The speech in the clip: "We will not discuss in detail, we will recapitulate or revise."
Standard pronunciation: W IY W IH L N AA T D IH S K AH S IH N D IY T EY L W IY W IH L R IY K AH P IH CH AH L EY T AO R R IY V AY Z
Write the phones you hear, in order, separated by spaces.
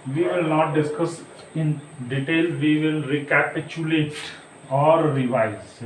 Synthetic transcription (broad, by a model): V IY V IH L N AA T D IH S K AH S IH N D IY T EY L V IY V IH L R IY K AH P IH CH AH L EY T AO R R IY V AY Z